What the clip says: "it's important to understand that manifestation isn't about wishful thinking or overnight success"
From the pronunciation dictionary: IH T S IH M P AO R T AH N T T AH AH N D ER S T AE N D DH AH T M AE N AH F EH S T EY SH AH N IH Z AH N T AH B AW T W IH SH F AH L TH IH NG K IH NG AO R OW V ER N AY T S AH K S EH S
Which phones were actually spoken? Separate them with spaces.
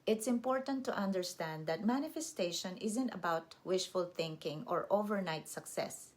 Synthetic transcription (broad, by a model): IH T S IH M P AO R T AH N T T AH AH N D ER S T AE N D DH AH T M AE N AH F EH S T EY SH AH N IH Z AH N T AH B AW T W IH SH F AH L TH IH NG K IH NG AO R OW V ER N AY T S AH K S EH S